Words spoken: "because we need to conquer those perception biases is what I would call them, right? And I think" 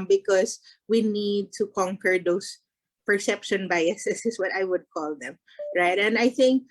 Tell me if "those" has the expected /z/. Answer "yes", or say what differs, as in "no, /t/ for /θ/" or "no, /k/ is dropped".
no, /s/ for /z/